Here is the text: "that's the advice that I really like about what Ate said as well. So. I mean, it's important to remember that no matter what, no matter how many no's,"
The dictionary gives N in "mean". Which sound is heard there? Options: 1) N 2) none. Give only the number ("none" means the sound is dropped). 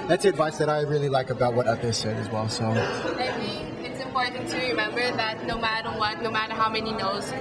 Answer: 2